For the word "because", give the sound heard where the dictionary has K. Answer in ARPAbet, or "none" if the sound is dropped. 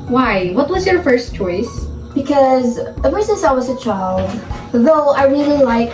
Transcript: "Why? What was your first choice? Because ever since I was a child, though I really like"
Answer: K